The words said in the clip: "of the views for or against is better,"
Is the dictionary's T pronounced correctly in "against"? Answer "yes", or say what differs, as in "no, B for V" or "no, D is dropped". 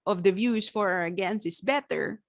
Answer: no, T is dropped